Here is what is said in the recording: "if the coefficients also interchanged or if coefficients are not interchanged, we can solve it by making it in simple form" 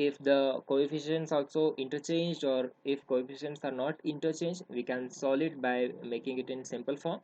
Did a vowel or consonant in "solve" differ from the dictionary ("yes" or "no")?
yes